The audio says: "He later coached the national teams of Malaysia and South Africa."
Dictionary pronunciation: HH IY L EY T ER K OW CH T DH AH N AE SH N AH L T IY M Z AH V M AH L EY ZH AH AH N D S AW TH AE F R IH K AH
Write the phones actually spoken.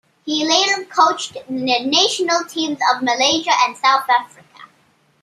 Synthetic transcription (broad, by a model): HH IY L EY T ER K OW CH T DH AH N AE SH N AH L T IY M Z AH V M AH L EY ZH AH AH N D S AW TH AE F R IH K AH